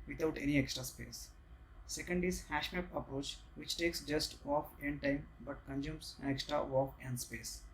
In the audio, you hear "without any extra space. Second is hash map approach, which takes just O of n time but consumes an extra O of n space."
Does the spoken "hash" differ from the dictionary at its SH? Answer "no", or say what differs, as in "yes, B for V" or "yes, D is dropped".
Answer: no